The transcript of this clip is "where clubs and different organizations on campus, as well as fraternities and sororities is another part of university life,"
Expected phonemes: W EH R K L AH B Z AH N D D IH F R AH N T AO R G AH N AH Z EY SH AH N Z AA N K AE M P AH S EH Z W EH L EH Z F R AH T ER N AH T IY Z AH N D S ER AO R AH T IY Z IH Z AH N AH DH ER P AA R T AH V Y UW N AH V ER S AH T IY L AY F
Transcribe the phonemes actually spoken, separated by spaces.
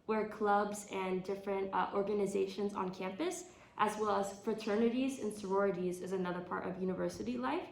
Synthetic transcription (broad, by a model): W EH R K L AH B Z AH N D D IH F R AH N T AO R G AH N AH Z EY SH AH N Z N K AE M P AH S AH Z W EH L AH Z F R AH T ER N AH T IY Z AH N S ER AO R AH T IY Z IH Z AH N AH DH ER P AA R T AH V Y UW N AH V ER S AH T IY L AY F